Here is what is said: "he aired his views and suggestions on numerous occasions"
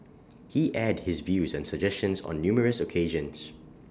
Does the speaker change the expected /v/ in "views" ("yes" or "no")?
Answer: no